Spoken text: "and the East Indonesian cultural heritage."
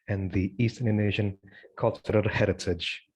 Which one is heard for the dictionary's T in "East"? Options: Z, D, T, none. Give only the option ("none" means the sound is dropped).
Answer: T